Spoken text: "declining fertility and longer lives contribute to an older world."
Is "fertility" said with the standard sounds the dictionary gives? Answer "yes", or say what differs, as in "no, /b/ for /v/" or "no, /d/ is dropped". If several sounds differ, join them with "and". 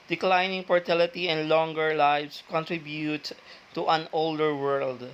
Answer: no, /p/ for /f/